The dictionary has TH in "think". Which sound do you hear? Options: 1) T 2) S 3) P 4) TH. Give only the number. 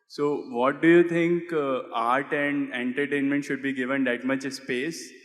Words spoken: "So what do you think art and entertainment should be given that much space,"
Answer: 1